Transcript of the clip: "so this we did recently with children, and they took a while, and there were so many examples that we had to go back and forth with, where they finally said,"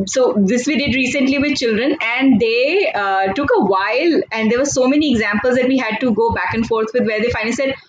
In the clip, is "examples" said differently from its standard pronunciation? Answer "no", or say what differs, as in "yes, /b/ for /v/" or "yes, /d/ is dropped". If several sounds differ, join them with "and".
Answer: no